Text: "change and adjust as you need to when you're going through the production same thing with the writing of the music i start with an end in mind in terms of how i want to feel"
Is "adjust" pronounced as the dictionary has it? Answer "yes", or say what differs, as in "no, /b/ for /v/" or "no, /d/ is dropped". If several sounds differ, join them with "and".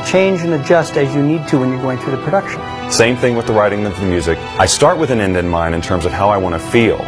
yes